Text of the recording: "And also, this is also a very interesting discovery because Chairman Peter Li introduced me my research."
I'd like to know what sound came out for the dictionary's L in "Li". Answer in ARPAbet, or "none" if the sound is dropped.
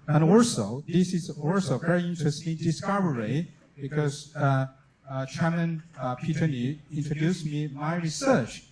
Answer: N